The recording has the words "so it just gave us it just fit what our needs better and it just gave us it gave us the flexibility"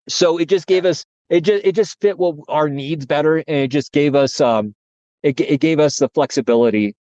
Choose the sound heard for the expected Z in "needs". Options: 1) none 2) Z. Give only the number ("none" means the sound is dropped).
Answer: 2